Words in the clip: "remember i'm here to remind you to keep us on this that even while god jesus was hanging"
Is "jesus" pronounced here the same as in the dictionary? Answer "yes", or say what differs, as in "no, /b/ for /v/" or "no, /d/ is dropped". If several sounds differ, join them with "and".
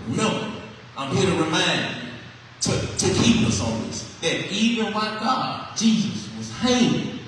yes